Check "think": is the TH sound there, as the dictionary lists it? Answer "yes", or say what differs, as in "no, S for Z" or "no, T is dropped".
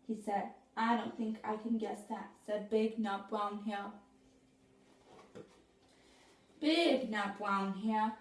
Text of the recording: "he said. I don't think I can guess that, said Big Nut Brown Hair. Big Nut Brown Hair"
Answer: yes